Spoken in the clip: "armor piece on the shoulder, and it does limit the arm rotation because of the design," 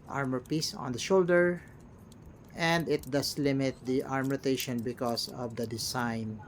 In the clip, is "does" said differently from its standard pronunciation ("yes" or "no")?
yes